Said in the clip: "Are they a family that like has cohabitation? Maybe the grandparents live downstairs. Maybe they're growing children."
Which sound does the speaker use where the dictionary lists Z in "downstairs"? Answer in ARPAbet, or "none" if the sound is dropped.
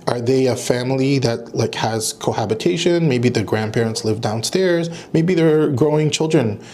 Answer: Z